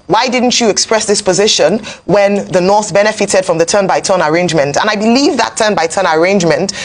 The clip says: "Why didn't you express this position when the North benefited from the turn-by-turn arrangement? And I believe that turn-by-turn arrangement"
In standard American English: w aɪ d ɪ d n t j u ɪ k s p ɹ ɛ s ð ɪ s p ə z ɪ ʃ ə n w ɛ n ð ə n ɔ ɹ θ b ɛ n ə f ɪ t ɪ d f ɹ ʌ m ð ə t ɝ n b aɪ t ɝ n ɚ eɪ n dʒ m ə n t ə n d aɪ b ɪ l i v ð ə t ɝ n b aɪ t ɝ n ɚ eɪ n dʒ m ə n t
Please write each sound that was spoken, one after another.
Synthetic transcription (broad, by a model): w aɪ d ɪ d n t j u ɪ k s p ɹ ɛ s ð ɪ s p ə z ɪ ʃ ə n w ɛ n ð ə n ɔ ɹ θ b ɛ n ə f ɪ t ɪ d f ɹ ʌ m ð ə t ɝ n b aɪ t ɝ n ɚ eɪ n dʒ m ə n t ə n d aɪ b ɪ l i v ð ə t ɝ n b aɪ t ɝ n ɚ eɪ n dʒ m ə n t